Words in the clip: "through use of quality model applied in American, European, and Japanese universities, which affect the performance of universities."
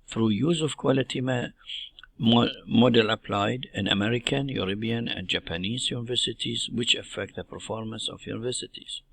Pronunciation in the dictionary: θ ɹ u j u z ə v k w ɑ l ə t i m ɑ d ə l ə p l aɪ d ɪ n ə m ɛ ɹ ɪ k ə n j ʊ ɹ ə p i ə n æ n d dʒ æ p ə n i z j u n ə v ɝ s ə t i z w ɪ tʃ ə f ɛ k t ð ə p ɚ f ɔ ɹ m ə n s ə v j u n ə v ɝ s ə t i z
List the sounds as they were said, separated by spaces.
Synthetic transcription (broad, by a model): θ ɹ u j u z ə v k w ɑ l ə t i m ɑ d ə l ə p l aɪ d ɪ n ə m ɛ ɹ ɪ k ə n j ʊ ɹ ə b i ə n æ n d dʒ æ p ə n i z j u n ə v ɝ s ə t i z w ɪ tʃ ə f ɛ k t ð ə p ɚ f ɔ ɹ m ə n s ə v j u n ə v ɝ s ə t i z